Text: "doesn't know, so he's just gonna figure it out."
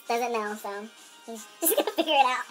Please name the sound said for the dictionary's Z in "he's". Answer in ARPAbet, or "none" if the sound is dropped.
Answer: S